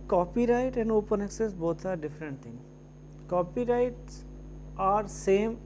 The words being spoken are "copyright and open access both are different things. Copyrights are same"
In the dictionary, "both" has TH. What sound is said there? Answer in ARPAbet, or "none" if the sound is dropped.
T